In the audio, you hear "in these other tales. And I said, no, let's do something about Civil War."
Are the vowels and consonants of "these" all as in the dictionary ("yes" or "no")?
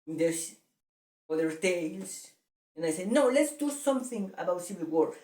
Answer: no